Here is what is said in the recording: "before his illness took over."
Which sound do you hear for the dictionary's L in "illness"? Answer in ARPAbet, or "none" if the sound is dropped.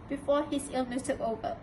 L